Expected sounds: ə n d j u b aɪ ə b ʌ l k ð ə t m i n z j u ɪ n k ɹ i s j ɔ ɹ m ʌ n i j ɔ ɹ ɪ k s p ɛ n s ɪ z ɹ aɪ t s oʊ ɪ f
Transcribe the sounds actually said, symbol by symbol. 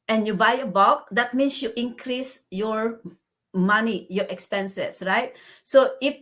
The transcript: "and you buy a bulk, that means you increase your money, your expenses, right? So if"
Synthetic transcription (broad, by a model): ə n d j u b aɪ ə b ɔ k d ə t m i n s j u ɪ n k ɹ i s j ɔ ɹ m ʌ n i j ɔ ɹ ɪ k s p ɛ n s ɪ s ɹ aɪ t s oʊ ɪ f